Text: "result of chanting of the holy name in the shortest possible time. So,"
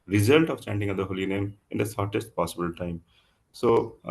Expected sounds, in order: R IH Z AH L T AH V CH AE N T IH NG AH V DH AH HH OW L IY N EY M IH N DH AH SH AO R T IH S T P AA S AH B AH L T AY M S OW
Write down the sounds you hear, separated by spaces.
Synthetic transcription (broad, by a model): R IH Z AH L T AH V CH AE N T IH NG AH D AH HH OW L IY N EY M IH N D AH S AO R T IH S T P AA S AH B AH L T AY M S OW